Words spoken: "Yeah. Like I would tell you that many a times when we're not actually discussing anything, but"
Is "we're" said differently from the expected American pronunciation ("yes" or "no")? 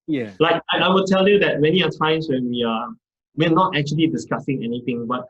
yes